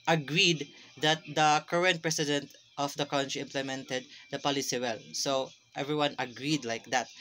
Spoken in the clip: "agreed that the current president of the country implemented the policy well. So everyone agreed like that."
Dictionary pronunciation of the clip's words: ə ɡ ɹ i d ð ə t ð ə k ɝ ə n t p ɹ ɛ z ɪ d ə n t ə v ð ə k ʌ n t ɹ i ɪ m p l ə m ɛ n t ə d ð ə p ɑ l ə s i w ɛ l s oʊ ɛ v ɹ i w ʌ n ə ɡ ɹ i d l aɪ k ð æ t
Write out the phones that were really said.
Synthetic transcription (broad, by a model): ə ɡ ɹ i d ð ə t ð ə k ɝ ə n t p ɹ ɛ s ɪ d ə n t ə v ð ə k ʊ n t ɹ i ɪ m p l ə m ɛ n t ə d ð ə p ɑ l ə s i w ɛ l s oʊ ɛ v ɹ i w ʌ n ə ɡ ɹ i d l aɪ k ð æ t